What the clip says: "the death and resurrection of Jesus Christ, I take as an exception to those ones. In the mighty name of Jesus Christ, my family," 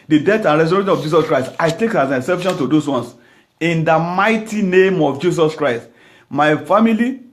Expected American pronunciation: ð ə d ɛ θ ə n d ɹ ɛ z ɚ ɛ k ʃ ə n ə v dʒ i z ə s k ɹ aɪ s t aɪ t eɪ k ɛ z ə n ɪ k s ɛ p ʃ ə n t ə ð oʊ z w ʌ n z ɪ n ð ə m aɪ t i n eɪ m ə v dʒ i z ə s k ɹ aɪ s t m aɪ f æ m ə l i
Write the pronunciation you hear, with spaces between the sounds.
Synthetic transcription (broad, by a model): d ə d ɛ t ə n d ɹ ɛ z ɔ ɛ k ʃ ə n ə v dʒ i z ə s k ɹ aɪ s t aɪ t eɪ k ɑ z ə n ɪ s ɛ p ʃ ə n t ə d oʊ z w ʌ n s ɪ n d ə m aɪ t i n eɪ m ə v dʒ i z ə s k ɹ aɪ s t m aɪ f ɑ m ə l i